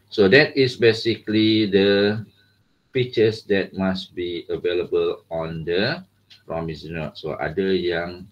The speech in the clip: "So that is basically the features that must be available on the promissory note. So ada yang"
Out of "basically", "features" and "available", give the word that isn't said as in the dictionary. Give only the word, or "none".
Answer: features